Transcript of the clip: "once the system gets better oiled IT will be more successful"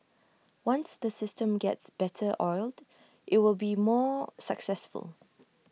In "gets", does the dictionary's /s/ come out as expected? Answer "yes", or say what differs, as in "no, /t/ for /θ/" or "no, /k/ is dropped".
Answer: yes